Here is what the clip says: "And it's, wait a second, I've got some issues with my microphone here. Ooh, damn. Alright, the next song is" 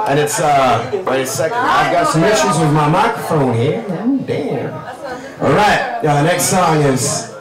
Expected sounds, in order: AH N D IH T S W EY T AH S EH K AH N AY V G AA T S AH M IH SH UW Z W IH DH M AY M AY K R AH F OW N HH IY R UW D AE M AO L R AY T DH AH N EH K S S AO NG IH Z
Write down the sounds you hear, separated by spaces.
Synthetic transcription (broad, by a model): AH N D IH T S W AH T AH S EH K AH IH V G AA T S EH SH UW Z W IH DH M AY M AY K R AH F OW N HH IY R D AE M AO L R AY T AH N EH K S S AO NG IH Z